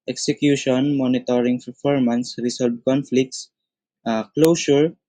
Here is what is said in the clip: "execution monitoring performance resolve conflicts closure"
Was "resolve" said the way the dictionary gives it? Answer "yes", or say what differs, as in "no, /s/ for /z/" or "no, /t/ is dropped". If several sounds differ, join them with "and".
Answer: no, /s/ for /z/